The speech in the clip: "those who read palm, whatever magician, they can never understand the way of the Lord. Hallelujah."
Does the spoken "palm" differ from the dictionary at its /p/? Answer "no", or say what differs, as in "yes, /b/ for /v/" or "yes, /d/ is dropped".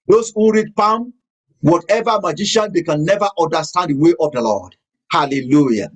no